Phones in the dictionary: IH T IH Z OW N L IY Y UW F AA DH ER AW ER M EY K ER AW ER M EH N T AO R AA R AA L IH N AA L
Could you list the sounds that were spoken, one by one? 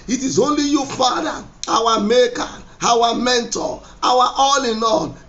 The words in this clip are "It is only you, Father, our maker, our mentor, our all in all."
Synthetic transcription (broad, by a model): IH T IH Z OW N L IY Y UW F AA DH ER AW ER M EY K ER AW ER M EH N T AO W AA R AA L IH N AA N